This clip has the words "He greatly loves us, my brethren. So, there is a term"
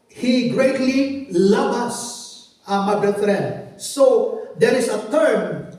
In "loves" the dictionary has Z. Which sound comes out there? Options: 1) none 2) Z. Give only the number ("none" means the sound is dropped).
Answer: 1